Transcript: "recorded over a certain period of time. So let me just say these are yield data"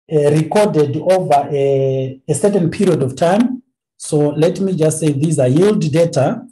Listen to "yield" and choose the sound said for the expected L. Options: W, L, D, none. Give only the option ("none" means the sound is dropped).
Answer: L